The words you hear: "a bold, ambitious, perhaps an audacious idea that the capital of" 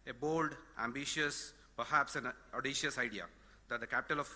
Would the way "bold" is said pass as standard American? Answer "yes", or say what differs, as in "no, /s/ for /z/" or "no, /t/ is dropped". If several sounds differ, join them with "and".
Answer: yes